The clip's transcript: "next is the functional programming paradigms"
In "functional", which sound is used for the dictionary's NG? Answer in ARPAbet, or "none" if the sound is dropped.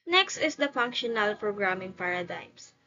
NG